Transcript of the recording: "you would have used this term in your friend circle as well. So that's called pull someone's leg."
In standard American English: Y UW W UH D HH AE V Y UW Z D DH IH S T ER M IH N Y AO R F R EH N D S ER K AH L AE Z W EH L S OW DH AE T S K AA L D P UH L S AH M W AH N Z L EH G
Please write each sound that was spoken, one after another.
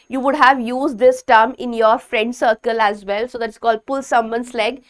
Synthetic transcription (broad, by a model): Y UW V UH D HH AE V Y UW Z D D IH S T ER M IH N Y AO R F R EH N D S ER K AH L AE Z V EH L S OW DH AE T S K AA L D P UH L S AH M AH N S L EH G